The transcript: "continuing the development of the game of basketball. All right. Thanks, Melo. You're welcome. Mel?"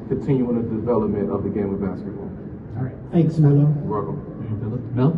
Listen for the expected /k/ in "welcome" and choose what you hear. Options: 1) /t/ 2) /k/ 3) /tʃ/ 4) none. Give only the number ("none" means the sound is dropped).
4